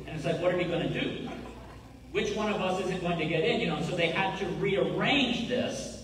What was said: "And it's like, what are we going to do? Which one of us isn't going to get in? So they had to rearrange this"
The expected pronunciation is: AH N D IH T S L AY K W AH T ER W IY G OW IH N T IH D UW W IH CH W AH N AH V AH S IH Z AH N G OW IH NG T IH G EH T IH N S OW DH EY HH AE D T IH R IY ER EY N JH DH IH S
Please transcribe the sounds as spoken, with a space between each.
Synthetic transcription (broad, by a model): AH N IH T S L AY K W AH T ER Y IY G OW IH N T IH D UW W IH CH W AH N AH V AH S IH Z AH N G OW IH NG T IH G EH T IH N S OW DH EY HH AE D T IH R IY ER EY N JH DH IH S